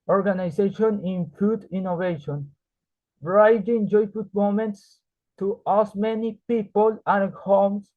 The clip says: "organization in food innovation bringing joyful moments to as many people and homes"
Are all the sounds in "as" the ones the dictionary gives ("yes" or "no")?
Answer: no